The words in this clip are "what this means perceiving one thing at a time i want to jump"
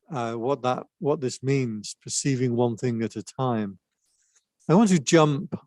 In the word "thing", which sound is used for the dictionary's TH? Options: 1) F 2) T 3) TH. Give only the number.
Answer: 3